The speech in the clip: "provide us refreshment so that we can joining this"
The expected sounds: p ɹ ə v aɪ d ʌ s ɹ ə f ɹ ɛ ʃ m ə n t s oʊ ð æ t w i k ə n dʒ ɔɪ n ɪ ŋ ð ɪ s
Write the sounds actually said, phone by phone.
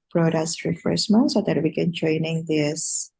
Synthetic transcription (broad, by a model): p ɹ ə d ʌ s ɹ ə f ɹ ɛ s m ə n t s oʊ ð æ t w i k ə n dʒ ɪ n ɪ ŋ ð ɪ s